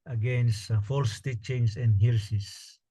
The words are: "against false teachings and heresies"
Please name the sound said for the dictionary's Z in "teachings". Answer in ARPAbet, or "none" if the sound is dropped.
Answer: S